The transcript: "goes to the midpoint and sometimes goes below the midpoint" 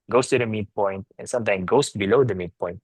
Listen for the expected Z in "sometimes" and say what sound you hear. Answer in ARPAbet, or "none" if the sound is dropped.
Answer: none